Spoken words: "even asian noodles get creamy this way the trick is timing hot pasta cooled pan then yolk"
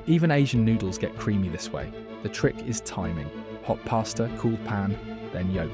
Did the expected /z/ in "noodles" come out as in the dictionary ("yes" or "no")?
yes